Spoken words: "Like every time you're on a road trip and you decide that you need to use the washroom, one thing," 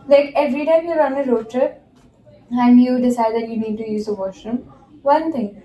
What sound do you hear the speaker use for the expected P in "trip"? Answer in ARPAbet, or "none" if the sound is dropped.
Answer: none